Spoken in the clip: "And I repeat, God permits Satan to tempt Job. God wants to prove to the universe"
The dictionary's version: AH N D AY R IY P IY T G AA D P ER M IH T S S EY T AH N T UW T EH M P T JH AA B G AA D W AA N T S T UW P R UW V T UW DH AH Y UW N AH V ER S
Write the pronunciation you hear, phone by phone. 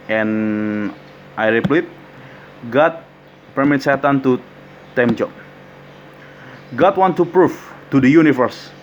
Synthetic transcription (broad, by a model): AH N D AY R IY P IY T G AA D P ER M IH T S S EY T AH N T UW T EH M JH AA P G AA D W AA N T T UW P R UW F T UW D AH Y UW N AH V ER S